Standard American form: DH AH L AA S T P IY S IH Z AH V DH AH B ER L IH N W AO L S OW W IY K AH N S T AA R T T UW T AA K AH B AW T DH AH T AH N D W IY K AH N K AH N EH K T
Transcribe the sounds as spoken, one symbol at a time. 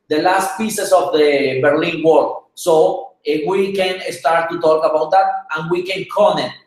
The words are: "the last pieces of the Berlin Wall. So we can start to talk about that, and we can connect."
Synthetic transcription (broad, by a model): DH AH L AA S T P IY S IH S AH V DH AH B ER L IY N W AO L S OW W IY K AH N S T AA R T T UW T AA K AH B AW T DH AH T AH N W IY K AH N K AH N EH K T